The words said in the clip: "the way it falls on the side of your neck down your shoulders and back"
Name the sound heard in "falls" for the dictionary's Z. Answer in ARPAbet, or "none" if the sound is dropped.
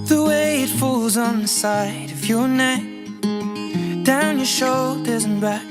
Z